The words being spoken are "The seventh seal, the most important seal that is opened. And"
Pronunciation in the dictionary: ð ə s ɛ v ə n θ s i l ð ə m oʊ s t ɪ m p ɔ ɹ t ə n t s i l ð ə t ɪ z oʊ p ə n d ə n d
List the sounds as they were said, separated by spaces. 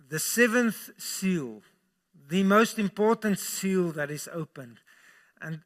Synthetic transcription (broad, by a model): ð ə s ɛ v ə n θ s i l ð ə m oʊ s t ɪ m p ɔ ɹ t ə n t s i l ð ə t ɪ z oʊ p ə n d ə n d